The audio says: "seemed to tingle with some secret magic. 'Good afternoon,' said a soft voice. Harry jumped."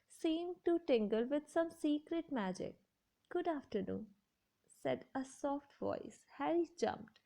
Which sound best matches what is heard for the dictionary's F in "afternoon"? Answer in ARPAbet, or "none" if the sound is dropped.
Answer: F